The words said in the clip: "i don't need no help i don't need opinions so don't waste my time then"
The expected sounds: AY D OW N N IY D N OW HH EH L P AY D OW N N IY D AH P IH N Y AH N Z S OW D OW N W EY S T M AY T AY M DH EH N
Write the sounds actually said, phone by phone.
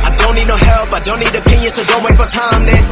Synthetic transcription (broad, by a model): AY D OW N N IY D N OW HH EH L P AY D OW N N IY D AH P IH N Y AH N S OW D OW N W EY T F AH T AY M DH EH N